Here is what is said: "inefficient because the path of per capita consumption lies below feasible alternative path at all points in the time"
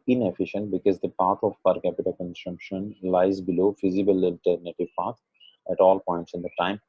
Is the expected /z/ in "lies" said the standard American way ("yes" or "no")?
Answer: yes